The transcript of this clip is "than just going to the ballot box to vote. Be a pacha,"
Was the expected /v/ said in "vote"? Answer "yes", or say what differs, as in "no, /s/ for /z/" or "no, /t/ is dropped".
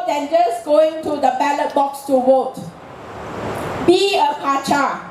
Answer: no, /w/ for /v/